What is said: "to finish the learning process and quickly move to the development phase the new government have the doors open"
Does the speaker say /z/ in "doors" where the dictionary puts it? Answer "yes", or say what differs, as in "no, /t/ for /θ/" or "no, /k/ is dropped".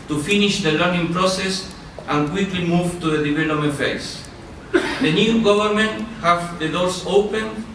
no, /s/ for /z/